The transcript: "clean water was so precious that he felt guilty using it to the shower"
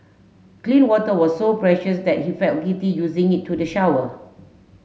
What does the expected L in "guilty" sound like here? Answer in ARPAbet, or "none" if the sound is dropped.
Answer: none